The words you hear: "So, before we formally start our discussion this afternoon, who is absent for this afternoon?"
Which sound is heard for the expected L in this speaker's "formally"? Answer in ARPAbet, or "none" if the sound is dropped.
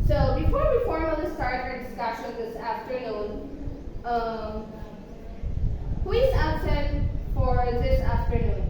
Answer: N